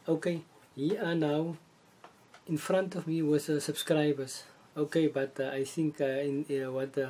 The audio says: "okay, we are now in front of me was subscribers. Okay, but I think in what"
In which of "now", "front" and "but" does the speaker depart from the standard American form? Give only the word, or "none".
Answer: none